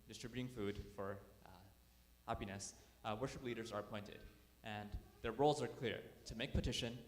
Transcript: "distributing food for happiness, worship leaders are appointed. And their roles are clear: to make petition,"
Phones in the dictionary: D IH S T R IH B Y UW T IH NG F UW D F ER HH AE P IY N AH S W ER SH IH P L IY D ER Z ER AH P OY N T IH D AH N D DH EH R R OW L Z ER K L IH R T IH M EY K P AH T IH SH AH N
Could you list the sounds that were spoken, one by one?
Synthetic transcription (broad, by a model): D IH S T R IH B Y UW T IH NG F UW D F ER HH AE P IY N AH S W ER SH IH P L IY D ER Z ER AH P OY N T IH D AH N DH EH R R OW L Z ER K L IH R T IH M EY K P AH T IH SH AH N